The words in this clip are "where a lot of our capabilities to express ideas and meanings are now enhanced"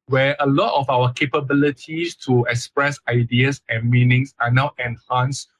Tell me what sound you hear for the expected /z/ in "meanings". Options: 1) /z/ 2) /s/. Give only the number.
2